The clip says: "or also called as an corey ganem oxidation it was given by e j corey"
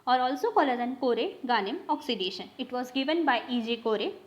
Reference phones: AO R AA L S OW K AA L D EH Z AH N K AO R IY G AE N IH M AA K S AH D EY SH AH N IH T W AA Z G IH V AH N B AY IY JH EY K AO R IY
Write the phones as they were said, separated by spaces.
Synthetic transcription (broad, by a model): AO R AA L S OW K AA L AH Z AH N K AO R IY G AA N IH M AA K S AH D EY SH AH N IH T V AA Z G IH V AH N B AY IY JH EY K AO R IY